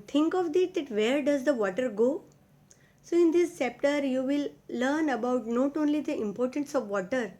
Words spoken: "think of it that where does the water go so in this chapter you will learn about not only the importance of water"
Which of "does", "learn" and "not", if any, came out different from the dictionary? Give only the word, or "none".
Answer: none